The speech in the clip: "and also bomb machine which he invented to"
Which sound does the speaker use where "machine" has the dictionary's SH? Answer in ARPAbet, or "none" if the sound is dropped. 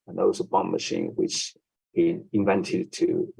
SH